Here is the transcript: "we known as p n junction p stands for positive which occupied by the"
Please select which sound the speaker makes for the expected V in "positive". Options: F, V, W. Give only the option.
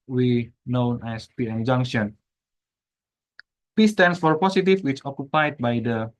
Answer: F